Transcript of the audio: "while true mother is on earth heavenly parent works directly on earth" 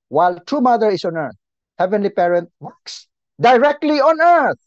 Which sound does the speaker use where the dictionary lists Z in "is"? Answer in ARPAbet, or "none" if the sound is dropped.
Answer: S